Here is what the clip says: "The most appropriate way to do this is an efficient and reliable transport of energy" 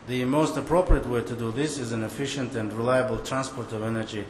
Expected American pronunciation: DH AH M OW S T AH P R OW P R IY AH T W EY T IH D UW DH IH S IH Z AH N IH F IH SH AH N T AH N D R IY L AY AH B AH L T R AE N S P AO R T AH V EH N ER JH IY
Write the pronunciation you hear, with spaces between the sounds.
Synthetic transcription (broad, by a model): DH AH M OW S T AH P R OW P R IY AH T W EY T IH D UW DH IH S IH Z AH N IH F IH SH AH N T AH N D R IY L AY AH B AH L T R AE N S P AO R T AH V EH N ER JH IY